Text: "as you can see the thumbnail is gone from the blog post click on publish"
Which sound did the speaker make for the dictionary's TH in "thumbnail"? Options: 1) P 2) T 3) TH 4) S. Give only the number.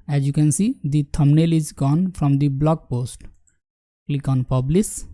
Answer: 2